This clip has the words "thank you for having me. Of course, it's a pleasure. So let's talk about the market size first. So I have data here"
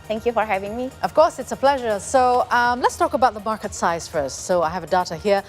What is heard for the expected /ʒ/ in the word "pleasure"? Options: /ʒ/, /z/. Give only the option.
/ʒ/